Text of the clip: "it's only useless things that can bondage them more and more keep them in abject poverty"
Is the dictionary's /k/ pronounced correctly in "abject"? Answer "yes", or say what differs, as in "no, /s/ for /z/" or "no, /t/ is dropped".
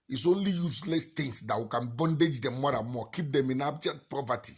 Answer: no, /k/ is dropped